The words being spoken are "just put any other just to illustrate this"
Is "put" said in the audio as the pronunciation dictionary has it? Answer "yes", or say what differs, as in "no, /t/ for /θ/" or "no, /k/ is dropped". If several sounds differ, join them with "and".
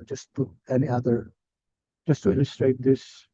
no, /t/ is dropped